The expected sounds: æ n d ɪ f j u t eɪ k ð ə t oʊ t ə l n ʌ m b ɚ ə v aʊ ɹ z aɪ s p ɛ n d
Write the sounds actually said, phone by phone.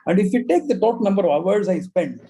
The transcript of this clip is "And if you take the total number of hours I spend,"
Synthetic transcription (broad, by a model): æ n d ɪ f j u t eɪ k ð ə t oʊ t n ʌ m b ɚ ə v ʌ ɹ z aɪ s p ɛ n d